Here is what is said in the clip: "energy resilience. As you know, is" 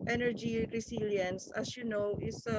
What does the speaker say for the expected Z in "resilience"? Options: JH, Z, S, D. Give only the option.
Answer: S